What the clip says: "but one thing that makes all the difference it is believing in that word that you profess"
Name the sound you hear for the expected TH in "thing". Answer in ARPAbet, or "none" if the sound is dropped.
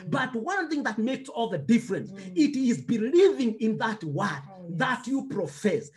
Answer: TH